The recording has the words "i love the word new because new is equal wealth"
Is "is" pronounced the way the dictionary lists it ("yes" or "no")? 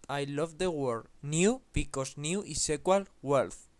no